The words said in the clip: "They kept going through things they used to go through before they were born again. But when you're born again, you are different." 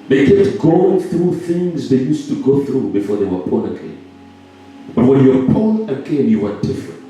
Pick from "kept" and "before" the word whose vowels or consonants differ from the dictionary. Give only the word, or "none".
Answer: kept